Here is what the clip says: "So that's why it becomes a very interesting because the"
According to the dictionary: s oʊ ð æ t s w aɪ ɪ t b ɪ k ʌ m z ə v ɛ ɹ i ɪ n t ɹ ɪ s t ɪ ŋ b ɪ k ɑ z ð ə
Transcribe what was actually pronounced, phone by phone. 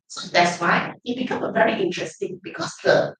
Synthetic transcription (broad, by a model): s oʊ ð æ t s w aɪ ɪ t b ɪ k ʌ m ə v ɛ ɹ i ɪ n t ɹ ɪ s t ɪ ŋ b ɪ k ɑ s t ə